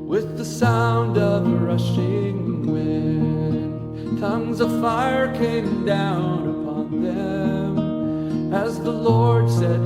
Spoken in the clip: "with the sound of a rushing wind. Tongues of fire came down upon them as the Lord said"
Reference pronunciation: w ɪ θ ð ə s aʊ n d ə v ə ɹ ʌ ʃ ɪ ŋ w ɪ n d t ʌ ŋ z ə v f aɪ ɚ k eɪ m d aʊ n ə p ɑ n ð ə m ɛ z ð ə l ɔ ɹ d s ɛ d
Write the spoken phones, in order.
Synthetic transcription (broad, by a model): w ɪ ð ə s aʊ n d ə v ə ɹ ʌ ʃ ɪ ŋ w ɪ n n t ʌ ŋ z ə v f aɪ ɚ k eɪ m d aʊ n ə p ɑ n ð ə m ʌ z ð ə l ɔ ɹ d s ɛ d